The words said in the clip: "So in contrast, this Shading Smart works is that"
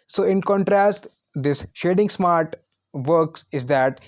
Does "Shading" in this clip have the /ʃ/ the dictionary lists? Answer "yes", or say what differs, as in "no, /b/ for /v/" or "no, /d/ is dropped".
yes